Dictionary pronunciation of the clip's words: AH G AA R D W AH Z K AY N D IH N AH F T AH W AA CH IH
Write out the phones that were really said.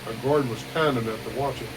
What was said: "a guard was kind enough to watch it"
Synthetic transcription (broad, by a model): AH G AA R D W AH Z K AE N IH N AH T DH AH W AA CH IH